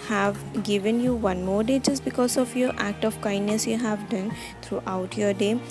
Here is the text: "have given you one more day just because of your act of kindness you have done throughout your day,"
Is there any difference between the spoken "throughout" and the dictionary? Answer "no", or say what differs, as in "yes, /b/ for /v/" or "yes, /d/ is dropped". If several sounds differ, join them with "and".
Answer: yes, /t/ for /θ/